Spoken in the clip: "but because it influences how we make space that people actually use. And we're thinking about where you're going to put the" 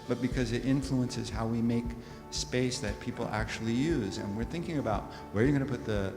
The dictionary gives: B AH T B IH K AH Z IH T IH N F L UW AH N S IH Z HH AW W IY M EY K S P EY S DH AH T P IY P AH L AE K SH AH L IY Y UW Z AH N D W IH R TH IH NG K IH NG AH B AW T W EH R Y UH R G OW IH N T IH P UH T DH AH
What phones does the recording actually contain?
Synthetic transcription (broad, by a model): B AH T B IH K AH Z IH T IH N F L UW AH N S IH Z HH AW W IY M EY K S P EY S DH AH T P IY P L AE K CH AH L IY Y UW Z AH N W IH R TH IH NG K IH NG AH B AW T W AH R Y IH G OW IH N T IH P UH T DH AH